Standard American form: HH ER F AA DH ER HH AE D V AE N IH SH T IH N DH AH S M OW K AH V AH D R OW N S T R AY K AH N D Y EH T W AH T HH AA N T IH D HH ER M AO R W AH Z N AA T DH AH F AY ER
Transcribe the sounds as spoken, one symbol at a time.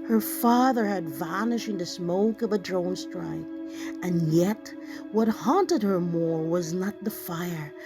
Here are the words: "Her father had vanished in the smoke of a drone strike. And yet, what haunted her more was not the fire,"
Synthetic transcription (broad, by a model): HH ER F AA DH ER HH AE D V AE N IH SH IH N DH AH S M OW K AH V AH D R OW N S T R AY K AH N Y EH T W AH T HH AA N T IH D HH ER M AO R W AH Z N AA T DH AH F AY ER